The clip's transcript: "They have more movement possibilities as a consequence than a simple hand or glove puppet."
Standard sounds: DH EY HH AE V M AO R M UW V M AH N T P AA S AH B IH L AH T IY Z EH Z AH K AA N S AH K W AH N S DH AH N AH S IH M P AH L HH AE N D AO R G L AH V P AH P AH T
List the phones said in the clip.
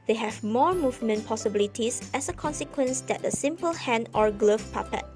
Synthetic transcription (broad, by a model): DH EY HH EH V M AO R M UW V M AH N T P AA S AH B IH L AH T IY S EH S AH K AA N S AH K W AH N S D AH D AH S IH M P AH L HH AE N AO R G L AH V P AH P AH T